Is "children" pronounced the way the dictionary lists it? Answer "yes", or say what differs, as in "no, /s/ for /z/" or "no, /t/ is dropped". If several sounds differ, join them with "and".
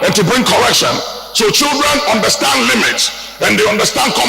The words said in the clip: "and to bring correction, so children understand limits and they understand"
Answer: yes